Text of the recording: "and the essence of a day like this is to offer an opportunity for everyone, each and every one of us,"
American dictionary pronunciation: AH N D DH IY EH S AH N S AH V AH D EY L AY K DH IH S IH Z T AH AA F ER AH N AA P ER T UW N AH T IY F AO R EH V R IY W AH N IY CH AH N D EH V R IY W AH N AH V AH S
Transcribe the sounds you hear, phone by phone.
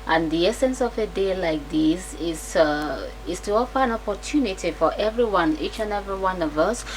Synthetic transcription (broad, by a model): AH N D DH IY EH S AH N S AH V AH D EY L AY K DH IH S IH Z T AH AA F ER AH N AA P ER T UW N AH T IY F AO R EH V R IY W AH N IY CH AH N EH V R IY W AH N AH V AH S